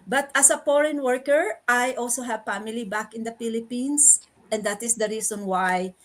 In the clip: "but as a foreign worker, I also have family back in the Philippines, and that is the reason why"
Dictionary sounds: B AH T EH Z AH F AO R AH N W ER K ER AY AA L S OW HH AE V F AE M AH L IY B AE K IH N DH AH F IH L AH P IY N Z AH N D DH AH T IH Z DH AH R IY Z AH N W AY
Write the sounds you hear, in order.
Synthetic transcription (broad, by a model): B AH T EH S AH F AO R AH N W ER K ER AY AA L S OW HH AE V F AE M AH L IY B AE K IH N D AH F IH L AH P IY N S AH N D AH T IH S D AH R IY S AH N W AY